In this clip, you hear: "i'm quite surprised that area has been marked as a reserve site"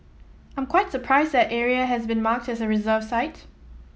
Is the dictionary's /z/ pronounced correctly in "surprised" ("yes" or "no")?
yes